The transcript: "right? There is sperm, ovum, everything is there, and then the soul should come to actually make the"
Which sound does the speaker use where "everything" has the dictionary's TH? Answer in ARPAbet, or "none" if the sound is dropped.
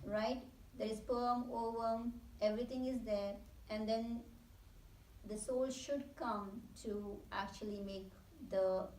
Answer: T